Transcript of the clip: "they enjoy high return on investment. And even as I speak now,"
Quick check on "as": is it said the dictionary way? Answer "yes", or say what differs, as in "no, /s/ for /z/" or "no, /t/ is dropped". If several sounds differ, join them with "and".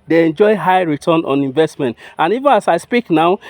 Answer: no, /s/ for /z/